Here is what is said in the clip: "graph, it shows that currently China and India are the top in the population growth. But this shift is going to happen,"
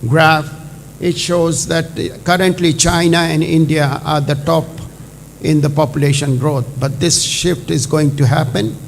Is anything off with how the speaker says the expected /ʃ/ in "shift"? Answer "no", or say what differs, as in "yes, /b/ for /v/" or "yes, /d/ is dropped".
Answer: no